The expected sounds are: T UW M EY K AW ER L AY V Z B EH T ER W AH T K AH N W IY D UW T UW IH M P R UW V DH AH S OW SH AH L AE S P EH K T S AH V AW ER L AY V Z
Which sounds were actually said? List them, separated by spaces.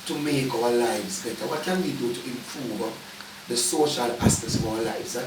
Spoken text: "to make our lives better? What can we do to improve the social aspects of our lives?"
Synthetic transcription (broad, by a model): T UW M EY K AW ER L AY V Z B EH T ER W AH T K AH N W IY D UW T UW IH M P R UW V DH AH S OW SH AH L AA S EH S AH V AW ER L AY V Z